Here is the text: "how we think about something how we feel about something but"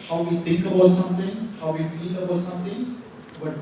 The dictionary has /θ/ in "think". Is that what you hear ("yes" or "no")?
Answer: no